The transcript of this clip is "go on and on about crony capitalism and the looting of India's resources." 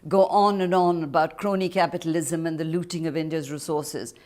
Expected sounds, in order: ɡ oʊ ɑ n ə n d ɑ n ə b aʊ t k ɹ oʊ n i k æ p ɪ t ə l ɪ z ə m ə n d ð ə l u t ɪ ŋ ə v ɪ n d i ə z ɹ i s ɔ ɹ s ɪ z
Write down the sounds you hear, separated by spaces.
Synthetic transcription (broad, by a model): ɡ oʊ ɑ n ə n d ɑ n ə b aʊ t k ɹ oʊ n i k æ p ɪ t ə l ɪ z ə m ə n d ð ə l u t ɪ ŋ ə v ɪ n d i ə z ɹ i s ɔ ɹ s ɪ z